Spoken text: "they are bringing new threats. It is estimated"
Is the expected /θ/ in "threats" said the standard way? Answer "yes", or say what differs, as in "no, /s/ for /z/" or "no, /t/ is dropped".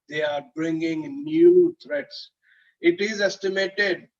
no, /t/ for /θ/